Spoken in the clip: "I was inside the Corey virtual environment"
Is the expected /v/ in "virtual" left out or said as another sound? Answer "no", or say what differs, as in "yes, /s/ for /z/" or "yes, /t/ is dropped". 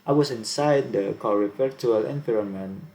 yes, /f/ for /v/